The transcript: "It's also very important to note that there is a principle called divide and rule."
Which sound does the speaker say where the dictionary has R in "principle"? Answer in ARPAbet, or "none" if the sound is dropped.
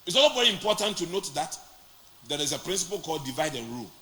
R